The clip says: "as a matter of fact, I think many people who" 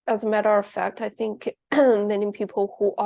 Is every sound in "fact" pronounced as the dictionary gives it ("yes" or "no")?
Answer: yes